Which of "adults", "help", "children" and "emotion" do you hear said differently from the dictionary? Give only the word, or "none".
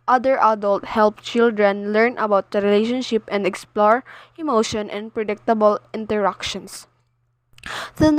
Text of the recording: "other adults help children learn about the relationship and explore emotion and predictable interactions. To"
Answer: adults